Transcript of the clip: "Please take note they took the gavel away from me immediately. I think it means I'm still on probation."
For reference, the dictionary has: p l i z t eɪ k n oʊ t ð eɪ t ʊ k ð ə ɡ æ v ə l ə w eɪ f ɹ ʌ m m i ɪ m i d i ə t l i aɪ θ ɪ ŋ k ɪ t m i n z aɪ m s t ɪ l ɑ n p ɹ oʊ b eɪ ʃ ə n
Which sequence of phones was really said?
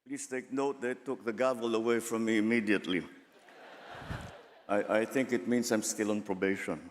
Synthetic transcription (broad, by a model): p l i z t eɪ k n oʊ t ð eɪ t ʊ k ð ə ɡ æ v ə l ə w eɪ f ɹ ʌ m m i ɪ m i d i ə t l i aɪ θ ɪ ŋ k ɪ t m i n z aɪ m s t ɪ l ɑ n p ɹ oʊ b eɪ ʃ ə n